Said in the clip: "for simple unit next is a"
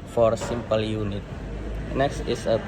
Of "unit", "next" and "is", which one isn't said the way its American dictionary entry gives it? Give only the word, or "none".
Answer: is